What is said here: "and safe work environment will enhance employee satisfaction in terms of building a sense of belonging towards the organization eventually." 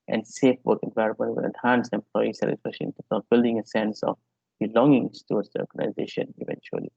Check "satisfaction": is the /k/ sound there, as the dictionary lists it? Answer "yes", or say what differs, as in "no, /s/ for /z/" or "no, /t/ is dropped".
no, /k/ is dropped